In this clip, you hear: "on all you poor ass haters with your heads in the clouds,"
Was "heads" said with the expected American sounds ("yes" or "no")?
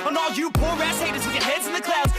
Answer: yes